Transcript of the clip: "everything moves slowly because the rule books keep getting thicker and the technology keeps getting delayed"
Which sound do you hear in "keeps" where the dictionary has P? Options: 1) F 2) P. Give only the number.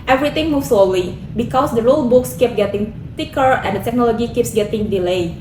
2